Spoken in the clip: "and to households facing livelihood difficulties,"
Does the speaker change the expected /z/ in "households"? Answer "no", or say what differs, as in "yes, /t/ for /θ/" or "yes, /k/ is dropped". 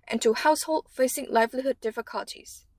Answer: yes, /z/ is dropped